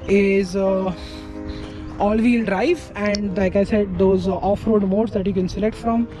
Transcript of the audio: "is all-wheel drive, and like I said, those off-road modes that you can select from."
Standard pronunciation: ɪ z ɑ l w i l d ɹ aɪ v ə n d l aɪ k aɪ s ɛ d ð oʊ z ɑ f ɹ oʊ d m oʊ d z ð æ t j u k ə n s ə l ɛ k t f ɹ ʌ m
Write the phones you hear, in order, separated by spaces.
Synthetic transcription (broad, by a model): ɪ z ɑ l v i l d ɹ aɪ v ə n d l aɪ k aɪ s ɛ d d oʊ z ɑ f ɹ oʊ d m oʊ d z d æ t j u k ə n s ə l ɛ k t f ɹ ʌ m